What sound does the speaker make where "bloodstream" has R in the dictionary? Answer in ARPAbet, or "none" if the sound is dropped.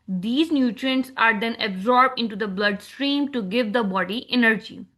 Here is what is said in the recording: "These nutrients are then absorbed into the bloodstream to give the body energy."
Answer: R